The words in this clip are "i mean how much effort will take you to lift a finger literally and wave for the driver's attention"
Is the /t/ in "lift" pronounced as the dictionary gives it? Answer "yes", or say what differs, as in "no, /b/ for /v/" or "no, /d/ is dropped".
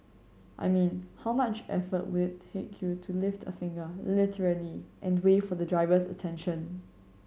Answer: yes